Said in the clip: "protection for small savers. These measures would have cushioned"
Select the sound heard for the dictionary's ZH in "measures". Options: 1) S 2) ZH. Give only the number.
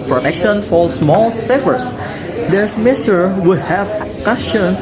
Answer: 1